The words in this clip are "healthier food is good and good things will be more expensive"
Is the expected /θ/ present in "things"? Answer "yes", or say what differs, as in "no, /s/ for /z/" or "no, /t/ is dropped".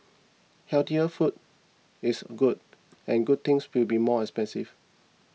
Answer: no, /t/ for /θ/